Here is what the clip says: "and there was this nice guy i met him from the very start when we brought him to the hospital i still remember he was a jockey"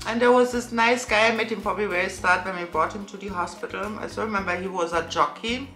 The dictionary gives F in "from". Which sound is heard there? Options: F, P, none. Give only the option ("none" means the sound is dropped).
P